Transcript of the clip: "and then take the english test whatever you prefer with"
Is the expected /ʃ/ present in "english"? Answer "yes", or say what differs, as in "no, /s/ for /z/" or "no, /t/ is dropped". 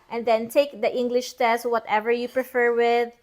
yes